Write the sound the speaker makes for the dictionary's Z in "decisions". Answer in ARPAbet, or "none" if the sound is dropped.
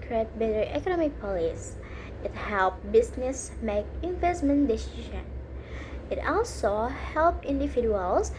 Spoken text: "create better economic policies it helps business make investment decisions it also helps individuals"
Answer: none